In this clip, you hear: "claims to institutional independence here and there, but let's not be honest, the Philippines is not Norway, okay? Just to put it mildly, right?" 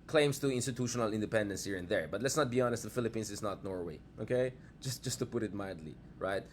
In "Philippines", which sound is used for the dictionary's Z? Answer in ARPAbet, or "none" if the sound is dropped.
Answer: S